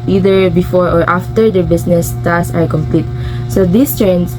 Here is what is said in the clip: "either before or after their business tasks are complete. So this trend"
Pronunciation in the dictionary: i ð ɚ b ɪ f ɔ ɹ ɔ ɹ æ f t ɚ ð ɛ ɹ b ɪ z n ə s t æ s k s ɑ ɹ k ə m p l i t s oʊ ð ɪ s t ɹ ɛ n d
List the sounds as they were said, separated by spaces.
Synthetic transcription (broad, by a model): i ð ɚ b ɪ f ɔ ɹ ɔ ɹ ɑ f t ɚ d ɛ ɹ b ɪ s n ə s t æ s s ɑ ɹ k ə m p l i t s oʊ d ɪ s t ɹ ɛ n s